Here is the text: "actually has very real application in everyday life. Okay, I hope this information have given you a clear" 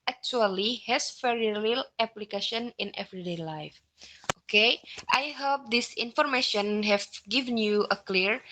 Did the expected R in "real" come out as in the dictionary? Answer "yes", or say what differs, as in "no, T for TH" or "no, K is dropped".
no, L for R